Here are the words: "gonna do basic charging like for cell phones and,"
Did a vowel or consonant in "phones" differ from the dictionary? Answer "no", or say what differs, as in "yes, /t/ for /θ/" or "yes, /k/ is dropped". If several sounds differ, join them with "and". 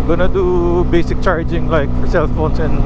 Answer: yes, /s/ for /z/